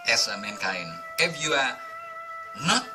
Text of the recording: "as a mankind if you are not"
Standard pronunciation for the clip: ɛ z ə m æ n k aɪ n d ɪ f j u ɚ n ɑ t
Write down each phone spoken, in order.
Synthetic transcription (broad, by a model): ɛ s ə m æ n k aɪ n ɪ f j u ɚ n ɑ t